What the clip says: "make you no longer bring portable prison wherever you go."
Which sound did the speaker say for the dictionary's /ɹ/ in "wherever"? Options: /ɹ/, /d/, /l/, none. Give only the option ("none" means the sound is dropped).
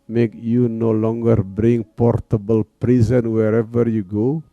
/ɹ/